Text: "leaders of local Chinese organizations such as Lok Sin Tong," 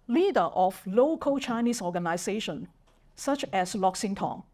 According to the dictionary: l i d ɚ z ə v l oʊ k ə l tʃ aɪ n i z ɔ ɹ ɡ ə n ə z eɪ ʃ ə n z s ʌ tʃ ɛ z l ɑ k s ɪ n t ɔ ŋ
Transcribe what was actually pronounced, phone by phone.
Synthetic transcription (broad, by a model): l i d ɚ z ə f l oʊ k ə l tʃ aɪ n i s ɔ ɡ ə n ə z eɪ ʃ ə n s ʌ tʃ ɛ s l ɑ k s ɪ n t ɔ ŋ